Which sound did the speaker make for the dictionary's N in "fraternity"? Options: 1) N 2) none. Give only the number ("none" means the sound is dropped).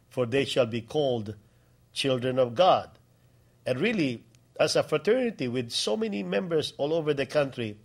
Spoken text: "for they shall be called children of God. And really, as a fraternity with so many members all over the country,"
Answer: 1